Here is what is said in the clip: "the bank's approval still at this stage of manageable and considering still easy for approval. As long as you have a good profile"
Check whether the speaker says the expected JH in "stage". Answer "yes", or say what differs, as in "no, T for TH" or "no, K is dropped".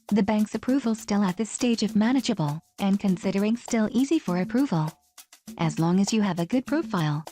yes